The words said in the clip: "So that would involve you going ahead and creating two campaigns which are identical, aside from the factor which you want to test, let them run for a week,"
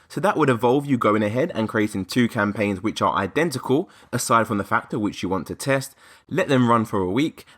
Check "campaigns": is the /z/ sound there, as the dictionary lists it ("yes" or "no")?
yes